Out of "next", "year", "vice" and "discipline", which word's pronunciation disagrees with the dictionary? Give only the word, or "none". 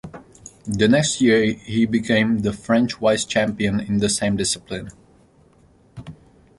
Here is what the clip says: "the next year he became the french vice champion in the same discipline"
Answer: vice